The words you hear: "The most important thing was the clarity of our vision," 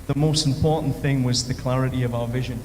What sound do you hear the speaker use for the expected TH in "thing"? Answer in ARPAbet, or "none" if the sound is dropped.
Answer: TH